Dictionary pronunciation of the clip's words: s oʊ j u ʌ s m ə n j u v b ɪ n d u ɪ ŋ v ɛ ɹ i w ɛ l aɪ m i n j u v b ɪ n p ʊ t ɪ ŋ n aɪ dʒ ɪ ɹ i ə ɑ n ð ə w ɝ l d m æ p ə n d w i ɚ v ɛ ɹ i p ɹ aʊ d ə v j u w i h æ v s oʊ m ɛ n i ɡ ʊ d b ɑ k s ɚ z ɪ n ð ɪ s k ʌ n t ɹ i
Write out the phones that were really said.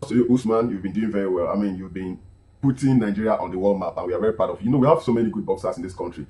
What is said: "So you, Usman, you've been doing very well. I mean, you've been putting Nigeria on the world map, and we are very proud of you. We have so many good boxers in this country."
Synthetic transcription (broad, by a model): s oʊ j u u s m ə n j u v b ɪ n d u ɪ ŋ v ɛ ɹ i w ɛ l aɪ m i n j u v b ɪ n p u t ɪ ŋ n aɪ dʒ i ɹ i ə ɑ n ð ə w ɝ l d m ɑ p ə n w i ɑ v ɛ ɹ i p aʊ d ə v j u w i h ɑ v s oʊ m ɛ n i ɡ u d b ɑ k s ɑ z ɪ n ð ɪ s k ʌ n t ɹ i